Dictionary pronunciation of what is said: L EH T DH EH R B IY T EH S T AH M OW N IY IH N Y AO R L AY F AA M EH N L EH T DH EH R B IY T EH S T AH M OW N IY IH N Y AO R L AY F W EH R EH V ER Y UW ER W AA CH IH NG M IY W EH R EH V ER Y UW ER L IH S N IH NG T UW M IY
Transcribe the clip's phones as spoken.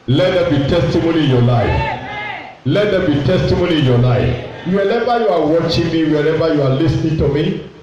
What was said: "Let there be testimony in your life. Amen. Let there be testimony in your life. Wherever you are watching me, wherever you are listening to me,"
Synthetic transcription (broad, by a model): L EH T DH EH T B IY T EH S T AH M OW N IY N Y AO L AY F L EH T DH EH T B IY T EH S T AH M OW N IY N Y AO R L AY F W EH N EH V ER Y UW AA W AA CH IH NG M IY W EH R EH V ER Y UW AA L IH S N IH NG T UW M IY